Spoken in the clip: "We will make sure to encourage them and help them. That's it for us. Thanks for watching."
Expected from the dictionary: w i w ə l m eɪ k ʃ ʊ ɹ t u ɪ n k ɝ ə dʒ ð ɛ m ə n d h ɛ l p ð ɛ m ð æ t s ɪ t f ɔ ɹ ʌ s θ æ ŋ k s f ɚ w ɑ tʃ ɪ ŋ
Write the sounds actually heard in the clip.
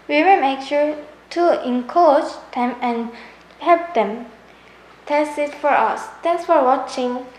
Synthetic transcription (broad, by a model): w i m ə m eɪ k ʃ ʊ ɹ t u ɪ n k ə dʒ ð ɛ m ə n h ɛ l p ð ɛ m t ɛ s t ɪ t f ɔ ɹ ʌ s t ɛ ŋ s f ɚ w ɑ tʃ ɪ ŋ